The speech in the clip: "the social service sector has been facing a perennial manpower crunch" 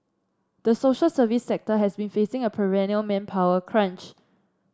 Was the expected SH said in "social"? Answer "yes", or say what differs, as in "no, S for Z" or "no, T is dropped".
yes